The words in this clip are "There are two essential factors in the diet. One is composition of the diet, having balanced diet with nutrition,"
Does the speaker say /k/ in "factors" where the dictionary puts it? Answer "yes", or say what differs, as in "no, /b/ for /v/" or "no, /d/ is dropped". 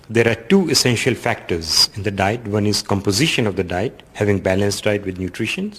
yes